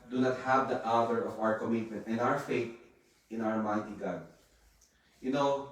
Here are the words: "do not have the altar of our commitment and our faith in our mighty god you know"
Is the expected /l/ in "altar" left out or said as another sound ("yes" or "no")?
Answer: yes